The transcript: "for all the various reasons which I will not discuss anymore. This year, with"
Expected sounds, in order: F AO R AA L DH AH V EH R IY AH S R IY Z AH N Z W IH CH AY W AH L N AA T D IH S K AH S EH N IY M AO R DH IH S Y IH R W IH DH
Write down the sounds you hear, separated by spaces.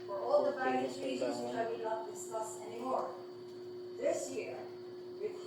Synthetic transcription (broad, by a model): F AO R AA L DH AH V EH IY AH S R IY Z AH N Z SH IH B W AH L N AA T D IH S K AH S EH N IY M AO R DH IH S Y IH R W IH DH